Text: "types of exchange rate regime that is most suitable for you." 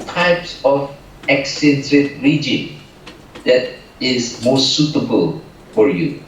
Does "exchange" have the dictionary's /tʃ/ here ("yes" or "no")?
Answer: no